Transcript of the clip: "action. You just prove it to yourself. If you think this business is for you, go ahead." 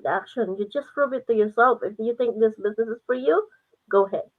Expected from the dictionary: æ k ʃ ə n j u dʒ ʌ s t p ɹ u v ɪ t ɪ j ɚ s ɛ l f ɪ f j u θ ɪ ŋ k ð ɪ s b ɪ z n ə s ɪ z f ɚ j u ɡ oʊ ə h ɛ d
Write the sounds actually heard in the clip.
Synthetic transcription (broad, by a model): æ k ʃ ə n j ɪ dʒ ʌ s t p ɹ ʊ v ɪ t ɪ j ɚ s ɛ l f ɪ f j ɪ θ ɪ ŋ k ð ɪ s b ɪ z n ə s ɪ z f ɚ j u ɡ oʊ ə h ɛ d